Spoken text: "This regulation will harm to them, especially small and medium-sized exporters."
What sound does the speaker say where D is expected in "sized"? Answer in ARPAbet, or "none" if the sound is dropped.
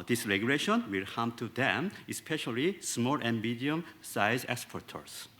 none